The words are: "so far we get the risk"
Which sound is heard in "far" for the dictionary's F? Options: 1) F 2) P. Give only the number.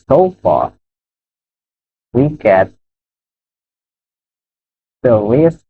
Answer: 1